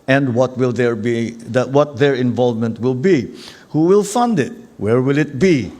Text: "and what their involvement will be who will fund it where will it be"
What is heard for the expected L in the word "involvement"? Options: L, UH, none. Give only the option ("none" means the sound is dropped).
L